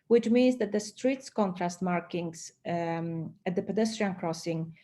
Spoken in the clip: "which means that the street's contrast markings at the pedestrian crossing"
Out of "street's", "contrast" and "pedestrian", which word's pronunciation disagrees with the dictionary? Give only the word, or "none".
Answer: none